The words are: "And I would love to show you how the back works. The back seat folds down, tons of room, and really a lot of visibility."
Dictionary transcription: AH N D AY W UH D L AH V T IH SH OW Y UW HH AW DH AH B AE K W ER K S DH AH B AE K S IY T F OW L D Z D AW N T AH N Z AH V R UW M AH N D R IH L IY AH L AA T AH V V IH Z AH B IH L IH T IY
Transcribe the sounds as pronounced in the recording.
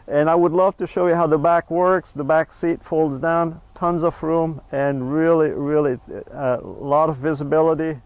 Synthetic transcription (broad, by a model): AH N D AY W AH D L AH V T IH SH OW Y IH HH AW DH AH B AE K W ER K S DH AH B AE K S IY T F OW L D Z D AW N T AH N Z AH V R UW M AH N R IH L IY AH L AA T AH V V IH Z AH B IH L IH T IY